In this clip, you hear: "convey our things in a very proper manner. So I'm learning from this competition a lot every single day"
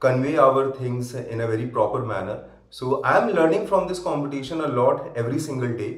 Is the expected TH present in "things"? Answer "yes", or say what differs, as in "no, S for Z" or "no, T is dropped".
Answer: no, T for TH